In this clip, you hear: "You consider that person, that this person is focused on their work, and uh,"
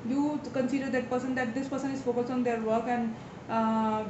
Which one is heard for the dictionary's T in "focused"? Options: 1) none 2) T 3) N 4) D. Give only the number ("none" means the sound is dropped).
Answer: 1